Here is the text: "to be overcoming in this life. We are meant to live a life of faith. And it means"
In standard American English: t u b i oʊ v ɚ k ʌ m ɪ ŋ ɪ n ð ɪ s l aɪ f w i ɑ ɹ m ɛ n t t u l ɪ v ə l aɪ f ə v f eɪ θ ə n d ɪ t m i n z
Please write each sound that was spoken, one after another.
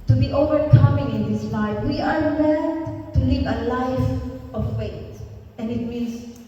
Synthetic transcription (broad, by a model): t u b i oʊ v ɚ k ʌ m ɪ ŋ ɪ n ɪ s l aɪ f w i ɑ ɹ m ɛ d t t u l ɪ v ə l aɪ f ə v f eɪ t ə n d ɪ t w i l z